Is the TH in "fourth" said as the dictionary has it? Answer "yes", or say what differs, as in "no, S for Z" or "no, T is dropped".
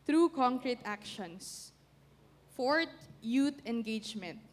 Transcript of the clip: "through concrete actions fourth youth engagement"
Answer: no, T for TH